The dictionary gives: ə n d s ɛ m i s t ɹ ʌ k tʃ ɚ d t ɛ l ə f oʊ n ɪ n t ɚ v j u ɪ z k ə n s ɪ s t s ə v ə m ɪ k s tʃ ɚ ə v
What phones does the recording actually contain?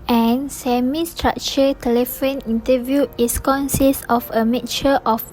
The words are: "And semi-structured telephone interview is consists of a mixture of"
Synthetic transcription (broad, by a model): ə n s ɛ m i s t ɹ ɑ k tʃ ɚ t ɛ l ə f oʊ n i n t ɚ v j u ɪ s k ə n s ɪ s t ə f ə m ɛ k tʃ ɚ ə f